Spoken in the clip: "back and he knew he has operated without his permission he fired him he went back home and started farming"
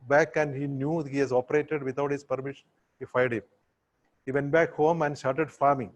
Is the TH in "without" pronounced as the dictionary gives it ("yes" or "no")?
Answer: no